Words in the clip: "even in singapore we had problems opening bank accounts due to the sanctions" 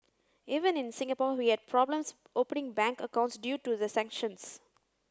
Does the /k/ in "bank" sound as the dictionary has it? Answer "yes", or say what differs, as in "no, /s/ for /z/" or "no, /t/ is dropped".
yes